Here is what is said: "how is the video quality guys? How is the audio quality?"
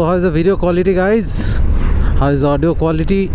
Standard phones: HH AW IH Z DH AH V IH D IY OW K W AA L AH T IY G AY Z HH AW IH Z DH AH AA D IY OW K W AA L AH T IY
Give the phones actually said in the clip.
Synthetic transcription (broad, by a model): HH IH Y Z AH B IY D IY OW K W AA L AH T IY G AY Z HH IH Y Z AA D IY OW K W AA L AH T IY